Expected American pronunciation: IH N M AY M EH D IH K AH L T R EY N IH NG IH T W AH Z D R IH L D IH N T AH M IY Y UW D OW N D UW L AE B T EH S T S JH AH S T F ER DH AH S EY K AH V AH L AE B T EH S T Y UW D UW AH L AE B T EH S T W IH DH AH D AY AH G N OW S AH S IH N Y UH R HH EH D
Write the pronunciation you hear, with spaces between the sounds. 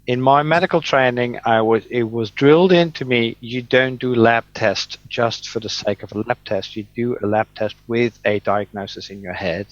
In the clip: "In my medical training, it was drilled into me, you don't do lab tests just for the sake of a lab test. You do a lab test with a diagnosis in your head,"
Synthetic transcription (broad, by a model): IH N M AY M EH D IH K L T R EY N IH NG IH T W AH Z D R IH L D IH N T AH M IY Y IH D OW N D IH L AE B T EH S T JH AH S T F ER DH AH S EY K AH V AH L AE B T EH S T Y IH D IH AH L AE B T EH S T W IH DH AH D AY AH G N OW S AH S IH N Y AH R HH EH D